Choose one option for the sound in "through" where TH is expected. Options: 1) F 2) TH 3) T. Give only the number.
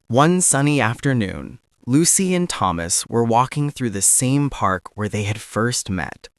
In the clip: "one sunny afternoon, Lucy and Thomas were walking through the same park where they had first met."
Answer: 2